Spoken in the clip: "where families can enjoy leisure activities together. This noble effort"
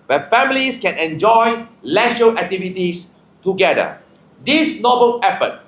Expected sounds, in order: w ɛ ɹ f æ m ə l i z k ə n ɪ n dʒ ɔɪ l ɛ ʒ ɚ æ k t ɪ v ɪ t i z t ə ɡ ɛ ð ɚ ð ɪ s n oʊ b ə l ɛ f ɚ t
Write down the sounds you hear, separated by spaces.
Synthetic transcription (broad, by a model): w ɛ f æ m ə l i s k ə n ɪ n dʒ ɔɪ l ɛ ʃ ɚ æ k t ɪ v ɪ t i s t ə ɡ ɛ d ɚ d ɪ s n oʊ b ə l ɛ f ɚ t